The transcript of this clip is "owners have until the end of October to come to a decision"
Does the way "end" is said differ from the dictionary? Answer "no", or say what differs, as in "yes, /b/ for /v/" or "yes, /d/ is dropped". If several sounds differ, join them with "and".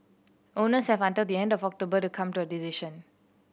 no